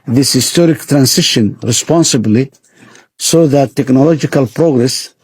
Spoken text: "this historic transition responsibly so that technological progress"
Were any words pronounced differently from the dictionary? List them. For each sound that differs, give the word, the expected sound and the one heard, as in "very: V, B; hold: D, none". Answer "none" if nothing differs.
transition: Z, S